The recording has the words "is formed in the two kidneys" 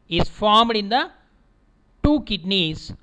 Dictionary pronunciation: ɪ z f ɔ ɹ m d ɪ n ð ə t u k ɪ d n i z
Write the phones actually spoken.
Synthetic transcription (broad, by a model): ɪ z f ɔ ɹ m d ɪ n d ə t u k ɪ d n i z